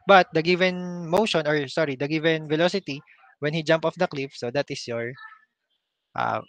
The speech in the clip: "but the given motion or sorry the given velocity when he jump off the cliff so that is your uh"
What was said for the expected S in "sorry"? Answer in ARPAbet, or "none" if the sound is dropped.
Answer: S